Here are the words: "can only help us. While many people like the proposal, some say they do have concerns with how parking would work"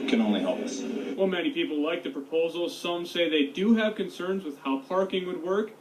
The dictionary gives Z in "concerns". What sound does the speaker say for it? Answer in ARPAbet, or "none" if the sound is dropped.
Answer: Z